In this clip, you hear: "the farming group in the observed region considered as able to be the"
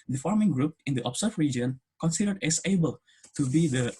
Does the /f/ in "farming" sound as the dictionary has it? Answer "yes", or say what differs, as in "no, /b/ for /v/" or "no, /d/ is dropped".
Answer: yes